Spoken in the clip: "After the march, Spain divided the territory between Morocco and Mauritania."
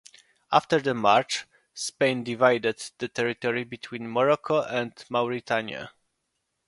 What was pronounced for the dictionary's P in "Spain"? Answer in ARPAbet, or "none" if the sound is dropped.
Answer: P